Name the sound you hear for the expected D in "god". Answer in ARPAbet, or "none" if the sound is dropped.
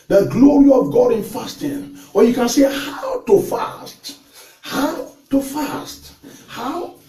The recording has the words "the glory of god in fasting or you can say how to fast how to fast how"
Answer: D